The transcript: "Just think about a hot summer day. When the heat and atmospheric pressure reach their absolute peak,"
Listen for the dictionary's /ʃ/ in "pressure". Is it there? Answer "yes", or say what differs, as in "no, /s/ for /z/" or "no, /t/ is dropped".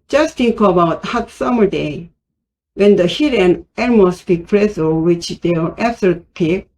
no, /s/ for /ʃ/